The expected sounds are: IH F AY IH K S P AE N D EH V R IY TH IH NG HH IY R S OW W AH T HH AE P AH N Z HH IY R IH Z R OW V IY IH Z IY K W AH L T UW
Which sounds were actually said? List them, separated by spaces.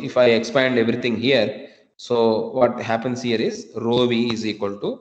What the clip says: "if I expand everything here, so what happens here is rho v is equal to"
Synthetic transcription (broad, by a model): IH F AY IH K S P AE N D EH V R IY T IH NG HH IY R S OW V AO T HH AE P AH N S HH IY R IH Z R OW V IY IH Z IY K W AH L T UW